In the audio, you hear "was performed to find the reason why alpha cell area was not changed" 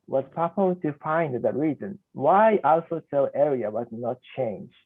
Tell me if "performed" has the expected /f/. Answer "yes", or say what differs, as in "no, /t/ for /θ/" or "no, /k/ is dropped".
no, /p/ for /f/